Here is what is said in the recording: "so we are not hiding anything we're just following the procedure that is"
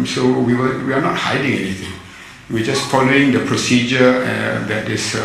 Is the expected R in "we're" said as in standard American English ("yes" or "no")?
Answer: no